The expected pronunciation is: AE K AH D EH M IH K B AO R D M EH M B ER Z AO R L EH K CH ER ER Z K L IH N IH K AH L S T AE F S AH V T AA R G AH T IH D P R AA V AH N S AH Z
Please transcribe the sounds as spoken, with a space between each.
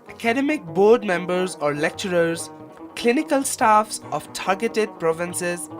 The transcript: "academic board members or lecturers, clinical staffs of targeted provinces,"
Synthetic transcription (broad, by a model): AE K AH D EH M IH K B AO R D M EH M B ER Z AO R L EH K CH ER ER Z K L IH N IH K AH L S T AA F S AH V T AA R G AH T IH D P R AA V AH N S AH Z